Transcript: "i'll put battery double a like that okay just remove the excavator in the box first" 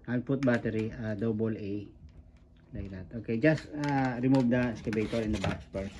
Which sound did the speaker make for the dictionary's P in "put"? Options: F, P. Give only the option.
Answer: P